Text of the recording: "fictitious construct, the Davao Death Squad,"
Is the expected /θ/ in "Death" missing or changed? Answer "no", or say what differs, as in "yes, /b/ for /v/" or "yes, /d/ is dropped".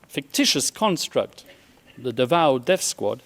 yes, /f/ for /θ/